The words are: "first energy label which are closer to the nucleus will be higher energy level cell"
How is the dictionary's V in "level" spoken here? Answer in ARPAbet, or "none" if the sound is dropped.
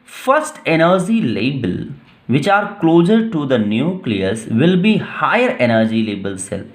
B